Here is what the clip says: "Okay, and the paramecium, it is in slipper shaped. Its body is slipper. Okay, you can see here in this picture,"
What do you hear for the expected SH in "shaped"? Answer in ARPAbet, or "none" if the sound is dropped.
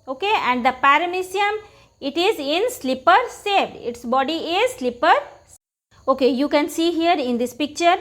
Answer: S